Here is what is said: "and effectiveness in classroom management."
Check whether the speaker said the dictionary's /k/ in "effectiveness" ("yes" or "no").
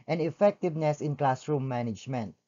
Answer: yes